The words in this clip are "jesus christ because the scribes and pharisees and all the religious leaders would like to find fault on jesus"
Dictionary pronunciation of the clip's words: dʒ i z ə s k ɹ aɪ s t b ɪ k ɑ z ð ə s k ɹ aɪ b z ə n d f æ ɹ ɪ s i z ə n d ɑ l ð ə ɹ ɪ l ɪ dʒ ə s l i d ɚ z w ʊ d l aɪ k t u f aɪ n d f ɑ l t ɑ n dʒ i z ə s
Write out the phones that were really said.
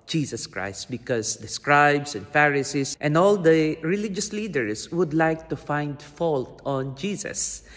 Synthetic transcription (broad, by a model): dʒ i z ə s k ɹ aɪ s t b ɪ k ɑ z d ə s k ɹ aɪ b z ə n d f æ ɹ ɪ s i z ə n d ɑ l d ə ɹ ɪ l ɪ dʒ ə s l i d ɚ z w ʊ d l aɪ k t u f aɪ n d f ɑ l t ɑ n dʒ i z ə s